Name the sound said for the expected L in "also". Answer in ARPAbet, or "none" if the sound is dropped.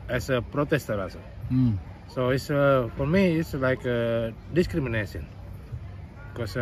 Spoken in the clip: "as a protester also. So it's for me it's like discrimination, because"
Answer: none